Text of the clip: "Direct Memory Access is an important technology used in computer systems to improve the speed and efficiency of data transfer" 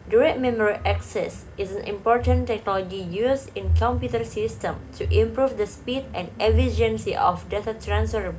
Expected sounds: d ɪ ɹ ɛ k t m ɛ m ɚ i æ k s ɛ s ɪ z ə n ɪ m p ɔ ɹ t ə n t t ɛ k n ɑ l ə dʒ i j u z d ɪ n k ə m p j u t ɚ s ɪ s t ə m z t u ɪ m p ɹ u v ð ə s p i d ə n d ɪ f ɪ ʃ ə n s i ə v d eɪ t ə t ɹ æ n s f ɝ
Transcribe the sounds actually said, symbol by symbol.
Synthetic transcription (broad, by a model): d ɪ ɹ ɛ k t m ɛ m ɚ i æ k s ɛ s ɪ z ə n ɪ m p ɔ ɹ t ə n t t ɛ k n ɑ l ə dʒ i j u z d ɪ n k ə m p j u t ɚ s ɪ s t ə m t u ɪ m p ɹ u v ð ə s p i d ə n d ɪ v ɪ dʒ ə n s i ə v d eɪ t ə t ɹ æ n s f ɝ